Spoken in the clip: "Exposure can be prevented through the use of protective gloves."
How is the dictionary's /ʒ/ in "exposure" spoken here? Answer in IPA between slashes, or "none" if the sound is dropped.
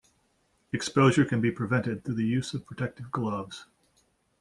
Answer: /ʒ/